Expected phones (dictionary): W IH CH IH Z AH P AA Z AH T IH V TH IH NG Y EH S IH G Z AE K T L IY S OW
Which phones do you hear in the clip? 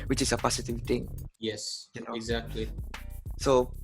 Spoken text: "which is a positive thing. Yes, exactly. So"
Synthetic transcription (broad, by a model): W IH CH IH S AH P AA S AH T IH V T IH NG Y EH S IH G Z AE K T L IY S OW